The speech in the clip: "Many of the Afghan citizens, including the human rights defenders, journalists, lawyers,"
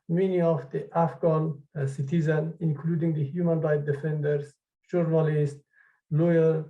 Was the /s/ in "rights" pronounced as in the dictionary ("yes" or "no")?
no